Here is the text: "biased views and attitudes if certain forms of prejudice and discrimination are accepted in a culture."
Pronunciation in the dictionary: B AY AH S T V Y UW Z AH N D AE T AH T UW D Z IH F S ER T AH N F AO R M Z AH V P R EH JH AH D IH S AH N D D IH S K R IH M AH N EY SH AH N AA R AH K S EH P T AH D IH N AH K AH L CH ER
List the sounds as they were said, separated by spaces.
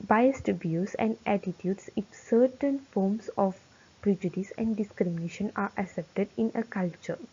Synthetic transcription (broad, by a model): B AY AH S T B Y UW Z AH N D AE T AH T UW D S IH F S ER T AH N F AO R M S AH F P R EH JH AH D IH S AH N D D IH S K R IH M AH N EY SH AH N AA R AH S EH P T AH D IH N AH K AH L CH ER